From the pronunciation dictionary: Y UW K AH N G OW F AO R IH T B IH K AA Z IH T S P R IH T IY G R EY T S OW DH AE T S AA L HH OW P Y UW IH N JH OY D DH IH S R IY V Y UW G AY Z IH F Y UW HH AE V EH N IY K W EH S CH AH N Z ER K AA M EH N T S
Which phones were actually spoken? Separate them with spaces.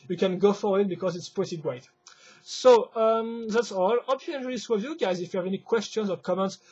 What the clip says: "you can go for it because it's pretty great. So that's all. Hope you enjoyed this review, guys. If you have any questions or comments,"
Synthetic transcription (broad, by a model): Y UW K AH N G OW F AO W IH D B IH K AA Z IH T S P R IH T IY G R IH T S OW DH AE T S AA L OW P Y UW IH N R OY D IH S W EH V Y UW G AY Z IH F Y UW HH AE V EH N IY K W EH S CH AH N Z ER K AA M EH N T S